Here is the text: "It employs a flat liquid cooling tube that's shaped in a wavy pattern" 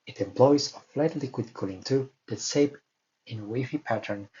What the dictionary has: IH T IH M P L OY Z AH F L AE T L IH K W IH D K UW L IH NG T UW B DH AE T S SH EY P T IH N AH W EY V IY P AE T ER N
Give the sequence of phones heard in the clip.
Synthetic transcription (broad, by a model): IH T IH M P L OY Z AH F L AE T L IH K W IH D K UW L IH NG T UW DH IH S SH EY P IH N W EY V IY P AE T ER N